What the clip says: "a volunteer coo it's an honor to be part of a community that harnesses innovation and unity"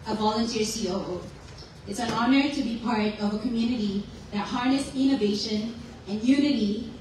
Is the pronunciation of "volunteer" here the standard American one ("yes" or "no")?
yes